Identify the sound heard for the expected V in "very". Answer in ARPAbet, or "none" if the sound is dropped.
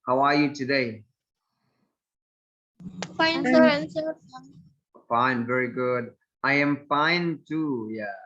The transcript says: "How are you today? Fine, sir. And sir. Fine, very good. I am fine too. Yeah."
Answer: V